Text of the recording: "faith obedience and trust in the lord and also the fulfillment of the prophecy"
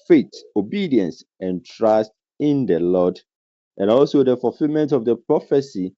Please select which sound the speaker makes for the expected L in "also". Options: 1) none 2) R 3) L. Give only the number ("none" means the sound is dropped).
3